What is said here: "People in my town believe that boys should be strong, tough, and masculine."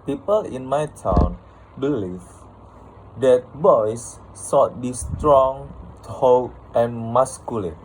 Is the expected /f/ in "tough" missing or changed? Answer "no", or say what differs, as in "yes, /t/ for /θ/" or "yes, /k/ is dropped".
yes, /f/ is dropped